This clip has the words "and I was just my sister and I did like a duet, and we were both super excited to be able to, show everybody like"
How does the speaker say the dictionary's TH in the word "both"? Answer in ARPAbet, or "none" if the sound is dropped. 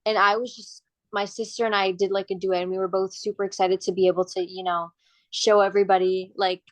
TH